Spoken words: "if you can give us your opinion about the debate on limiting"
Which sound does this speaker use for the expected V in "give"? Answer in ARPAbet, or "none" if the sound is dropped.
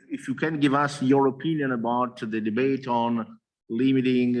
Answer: V